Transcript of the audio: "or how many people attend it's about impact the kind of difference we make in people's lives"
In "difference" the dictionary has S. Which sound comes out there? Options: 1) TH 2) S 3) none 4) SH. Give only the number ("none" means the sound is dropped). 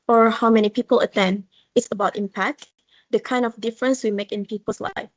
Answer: 2